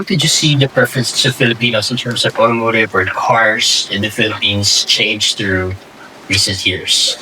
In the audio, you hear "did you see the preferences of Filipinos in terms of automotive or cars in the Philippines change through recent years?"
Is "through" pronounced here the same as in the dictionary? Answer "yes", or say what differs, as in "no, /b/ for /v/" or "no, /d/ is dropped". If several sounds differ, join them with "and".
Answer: yes